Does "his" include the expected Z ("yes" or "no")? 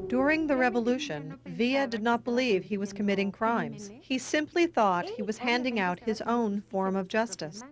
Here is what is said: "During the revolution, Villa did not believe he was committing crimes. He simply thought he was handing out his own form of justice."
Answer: yes